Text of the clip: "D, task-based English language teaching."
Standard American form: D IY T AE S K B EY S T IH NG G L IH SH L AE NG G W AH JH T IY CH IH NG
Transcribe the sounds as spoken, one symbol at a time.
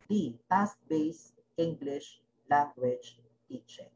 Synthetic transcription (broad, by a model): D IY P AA S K B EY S IH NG G L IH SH L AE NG G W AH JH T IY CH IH